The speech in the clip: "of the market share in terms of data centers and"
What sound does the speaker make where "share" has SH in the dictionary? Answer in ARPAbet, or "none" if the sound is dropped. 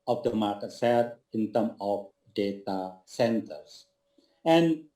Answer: S